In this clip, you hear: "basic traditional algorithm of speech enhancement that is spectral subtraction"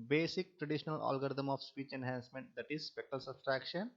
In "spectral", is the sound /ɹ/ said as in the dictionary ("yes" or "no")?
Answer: no